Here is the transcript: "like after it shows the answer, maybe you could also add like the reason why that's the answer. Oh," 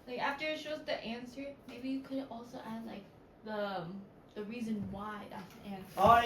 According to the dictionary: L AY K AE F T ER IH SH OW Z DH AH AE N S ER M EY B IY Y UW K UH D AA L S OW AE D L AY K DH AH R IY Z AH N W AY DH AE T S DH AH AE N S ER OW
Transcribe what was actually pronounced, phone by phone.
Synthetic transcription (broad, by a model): L AY K AE F T ER IH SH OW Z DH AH AE N S ER M EY B IY Y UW K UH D AA L S OW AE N L AY K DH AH R IY Z AH N W AY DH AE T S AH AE N S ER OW